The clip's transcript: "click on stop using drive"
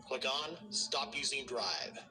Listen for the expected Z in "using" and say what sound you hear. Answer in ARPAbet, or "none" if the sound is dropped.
Z